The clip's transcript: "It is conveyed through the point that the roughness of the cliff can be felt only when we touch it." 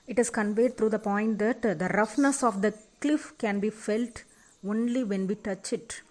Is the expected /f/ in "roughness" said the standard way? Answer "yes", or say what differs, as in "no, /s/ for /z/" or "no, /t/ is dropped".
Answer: yes